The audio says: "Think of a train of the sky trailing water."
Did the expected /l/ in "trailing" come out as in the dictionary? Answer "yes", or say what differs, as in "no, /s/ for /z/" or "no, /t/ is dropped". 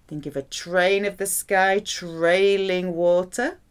yes